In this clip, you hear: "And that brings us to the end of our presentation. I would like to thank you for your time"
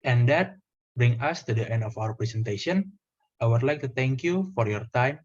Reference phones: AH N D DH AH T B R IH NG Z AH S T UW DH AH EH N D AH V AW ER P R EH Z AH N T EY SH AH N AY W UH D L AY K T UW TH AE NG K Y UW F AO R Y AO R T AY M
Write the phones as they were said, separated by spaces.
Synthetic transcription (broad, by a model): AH N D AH T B R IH NG AH S T UW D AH EH N D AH F AW ER P R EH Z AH N T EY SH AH N AY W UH D L AY K T UW T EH NG K Y UW F AO R Y AO R T AY M